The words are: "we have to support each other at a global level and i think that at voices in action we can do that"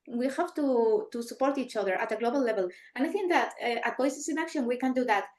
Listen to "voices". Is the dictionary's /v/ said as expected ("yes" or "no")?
no